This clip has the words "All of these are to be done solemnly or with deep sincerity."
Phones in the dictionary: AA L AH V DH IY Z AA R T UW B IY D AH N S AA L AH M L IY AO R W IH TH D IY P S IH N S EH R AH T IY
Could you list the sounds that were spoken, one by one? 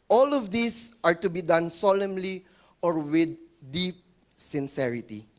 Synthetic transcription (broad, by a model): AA L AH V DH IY S AA R T UW B IY D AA N S AA L AH M L IY AO R W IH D D IY P S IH N S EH R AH T IY